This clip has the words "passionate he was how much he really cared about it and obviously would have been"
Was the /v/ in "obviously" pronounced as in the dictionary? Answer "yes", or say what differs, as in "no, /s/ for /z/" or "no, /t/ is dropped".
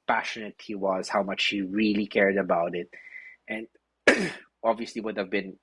yes